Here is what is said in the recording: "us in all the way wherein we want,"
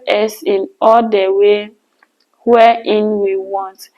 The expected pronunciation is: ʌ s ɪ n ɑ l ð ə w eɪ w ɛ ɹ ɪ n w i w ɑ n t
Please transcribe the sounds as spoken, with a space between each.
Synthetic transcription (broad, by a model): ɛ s ɪ n ɑ l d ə w eɪ w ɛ ɪ n w i w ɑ n t